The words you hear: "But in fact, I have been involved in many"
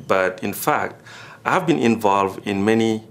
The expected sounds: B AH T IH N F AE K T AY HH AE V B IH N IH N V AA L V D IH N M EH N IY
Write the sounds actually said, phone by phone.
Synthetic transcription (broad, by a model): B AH T IH N F AE K T AY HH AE V B IH N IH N V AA L V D IH N M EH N IY